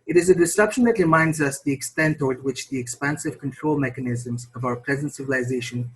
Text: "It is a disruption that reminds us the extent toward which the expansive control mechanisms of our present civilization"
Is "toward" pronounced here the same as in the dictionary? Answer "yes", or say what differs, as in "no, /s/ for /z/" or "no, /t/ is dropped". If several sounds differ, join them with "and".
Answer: yes